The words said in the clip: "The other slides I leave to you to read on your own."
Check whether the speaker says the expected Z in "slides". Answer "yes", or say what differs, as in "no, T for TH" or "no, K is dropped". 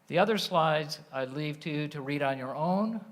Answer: yes